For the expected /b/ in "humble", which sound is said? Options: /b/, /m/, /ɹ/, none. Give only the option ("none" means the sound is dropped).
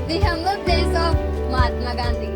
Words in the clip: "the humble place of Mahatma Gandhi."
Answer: none